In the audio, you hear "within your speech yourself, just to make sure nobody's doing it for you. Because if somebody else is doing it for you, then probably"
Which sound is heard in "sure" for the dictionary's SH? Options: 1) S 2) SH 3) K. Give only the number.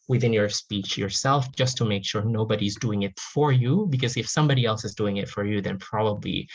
2